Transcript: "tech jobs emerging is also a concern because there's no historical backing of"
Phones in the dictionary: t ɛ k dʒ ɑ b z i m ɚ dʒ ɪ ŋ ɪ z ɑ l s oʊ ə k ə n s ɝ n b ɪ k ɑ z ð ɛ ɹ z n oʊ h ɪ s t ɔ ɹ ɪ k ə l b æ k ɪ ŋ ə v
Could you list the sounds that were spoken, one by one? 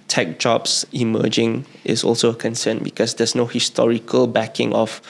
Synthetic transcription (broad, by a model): t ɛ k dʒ ɑ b s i m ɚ dʒ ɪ ŋ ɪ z ɑ l s oʊ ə k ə n s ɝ n b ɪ k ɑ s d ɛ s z n oʊ h ɪ s t ɔ ɹ ɪ k ə l b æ k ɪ ŋ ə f